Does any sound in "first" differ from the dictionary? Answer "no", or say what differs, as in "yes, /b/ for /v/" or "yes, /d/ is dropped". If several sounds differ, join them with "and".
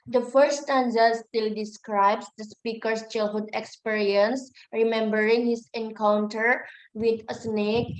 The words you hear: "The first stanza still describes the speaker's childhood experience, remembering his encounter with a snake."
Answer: yes, /s/ is dropped